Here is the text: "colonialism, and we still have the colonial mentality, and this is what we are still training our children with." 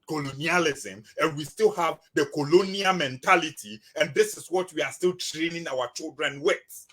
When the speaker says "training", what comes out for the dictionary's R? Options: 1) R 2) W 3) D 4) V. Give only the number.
1